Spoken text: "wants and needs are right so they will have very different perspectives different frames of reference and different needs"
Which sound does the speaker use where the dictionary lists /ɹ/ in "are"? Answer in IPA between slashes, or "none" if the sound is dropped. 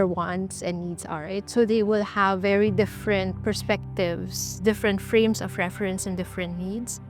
/l/